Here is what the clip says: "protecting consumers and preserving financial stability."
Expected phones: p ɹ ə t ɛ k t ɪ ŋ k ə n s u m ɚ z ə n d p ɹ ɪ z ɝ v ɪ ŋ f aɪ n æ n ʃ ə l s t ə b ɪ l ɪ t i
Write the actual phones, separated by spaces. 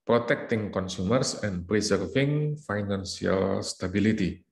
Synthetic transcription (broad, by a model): p ɹ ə t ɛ k t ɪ ŋ k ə n s u m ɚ s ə n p ɹ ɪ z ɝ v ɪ ŋ f aɪ n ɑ n s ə l s t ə b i l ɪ t i